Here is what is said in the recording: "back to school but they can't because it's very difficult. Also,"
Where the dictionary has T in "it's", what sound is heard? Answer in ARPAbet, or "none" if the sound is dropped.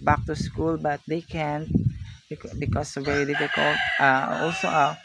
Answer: S